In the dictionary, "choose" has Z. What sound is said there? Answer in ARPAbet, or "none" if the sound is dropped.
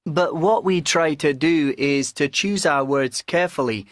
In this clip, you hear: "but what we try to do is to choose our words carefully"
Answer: Z